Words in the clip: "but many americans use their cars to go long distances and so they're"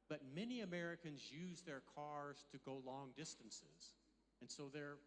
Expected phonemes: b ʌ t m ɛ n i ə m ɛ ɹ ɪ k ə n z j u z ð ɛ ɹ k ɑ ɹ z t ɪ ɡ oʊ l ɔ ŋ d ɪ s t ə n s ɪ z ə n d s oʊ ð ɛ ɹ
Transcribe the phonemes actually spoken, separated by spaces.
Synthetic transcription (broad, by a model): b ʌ t m ɛ n i ə m ɛ ɹ ɪ k ə n z j u z ð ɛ ɹ k ɑ ɹ z t ɪ ɡ oʊ l ɔ ŋ d ɪ s t ə n s ɪ z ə n s oʊ ð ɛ ɹ